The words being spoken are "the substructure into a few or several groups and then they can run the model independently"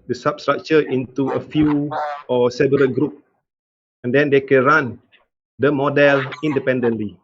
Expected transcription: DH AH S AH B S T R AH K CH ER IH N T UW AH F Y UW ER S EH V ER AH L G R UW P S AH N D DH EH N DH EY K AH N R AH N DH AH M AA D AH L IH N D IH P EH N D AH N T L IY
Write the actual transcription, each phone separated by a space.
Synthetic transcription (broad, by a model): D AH S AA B S T R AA K CH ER IH N T UW AH F Y UW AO S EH B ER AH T G R UW P AH N D EH N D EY K AH N R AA N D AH M AA D AH L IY N D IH P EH N D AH N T L IY